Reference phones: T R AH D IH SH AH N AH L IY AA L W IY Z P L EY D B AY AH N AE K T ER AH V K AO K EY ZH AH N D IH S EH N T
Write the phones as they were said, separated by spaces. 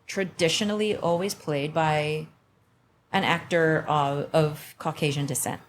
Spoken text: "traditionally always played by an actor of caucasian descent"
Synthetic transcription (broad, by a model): T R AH D IH SH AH N L IY AA L W IY Z P L EY D B AY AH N AE K T ER AH V K AO K EY ZH AH N D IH S EH N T